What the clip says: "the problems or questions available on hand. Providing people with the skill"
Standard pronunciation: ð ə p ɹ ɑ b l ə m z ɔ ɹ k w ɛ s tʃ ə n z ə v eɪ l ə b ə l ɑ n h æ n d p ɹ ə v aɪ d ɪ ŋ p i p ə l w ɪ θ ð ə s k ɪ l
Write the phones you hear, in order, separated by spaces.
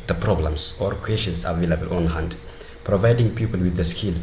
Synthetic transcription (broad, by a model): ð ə p ɹ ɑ b l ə m s ɔ ɹ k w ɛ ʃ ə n s ə v eɪ l ə b ə l ɑ n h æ n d p ɹ ə v aɪ d ɪ ŋ p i p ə l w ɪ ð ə s k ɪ l